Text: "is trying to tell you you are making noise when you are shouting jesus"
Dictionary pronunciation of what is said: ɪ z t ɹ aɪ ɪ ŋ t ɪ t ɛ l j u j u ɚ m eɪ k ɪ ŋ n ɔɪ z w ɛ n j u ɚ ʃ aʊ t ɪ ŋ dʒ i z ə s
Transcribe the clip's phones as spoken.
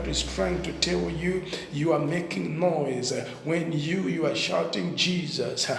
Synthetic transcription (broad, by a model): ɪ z t ɹ aɪ ɪ ŋ t ɪ t ɛ l j u j u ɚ m eɪ k ɪ ŋ n ɔɪ z w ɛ n j u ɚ ʃ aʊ t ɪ ŋ dʒ i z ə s